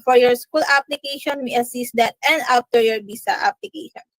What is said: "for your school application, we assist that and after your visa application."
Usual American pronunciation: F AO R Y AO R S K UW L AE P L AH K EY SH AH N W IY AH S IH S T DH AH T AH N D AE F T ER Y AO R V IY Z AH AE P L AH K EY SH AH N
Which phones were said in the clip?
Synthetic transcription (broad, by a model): F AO R Y AO R S K UW L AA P L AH K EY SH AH N W IY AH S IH S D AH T AH N D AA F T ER Y AO R B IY S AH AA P L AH K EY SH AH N